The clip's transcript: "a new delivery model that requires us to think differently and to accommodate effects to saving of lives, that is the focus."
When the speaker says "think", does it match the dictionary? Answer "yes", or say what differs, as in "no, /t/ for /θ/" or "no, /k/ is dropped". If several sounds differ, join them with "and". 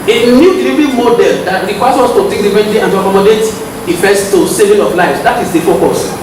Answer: no, /t/ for /θ/